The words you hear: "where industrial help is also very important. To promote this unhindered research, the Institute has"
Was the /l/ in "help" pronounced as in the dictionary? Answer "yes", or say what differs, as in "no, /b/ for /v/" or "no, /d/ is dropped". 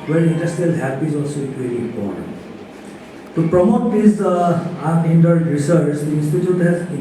no, /l/ is dropped